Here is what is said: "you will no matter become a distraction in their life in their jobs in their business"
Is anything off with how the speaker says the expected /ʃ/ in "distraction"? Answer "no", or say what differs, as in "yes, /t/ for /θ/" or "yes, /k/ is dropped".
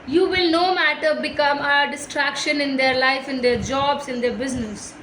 no